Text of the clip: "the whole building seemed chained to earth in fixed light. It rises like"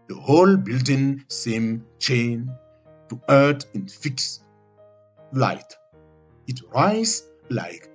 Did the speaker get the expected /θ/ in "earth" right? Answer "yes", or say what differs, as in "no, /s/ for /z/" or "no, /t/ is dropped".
no, /t/ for /θ/